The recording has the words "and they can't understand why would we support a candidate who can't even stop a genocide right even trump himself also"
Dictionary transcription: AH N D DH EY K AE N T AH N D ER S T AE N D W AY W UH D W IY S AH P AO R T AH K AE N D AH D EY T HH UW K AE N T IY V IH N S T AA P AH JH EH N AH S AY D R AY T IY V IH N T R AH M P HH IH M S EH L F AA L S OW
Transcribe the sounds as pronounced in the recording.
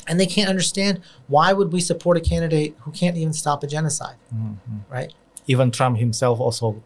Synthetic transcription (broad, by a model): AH N DH EY K AE N T AH N D ER S T AE N D W AY W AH D W IY S AH P AO R T AH K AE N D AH D EY T HH UW K AE N T IY V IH N S T AA P AH JH EH N AH S AY D R AY T IY V IH N T R AH M P HH IH M S EH L F AA L S OW